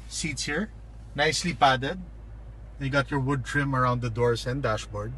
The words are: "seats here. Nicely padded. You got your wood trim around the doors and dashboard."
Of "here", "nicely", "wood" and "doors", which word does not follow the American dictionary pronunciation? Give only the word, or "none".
doors